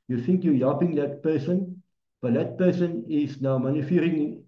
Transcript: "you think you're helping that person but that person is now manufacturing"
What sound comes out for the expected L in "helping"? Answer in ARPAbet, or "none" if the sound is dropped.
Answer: none